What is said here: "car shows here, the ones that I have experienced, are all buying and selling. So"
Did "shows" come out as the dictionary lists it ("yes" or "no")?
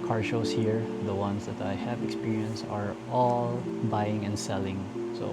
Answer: no